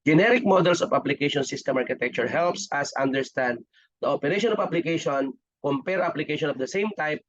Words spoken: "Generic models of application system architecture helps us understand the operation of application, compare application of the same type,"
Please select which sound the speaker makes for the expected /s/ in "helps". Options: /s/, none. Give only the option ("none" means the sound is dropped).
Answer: /s/